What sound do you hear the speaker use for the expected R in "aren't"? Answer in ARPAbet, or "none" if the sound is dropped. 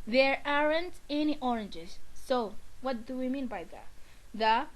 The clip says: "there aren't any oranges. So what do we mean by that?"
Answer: R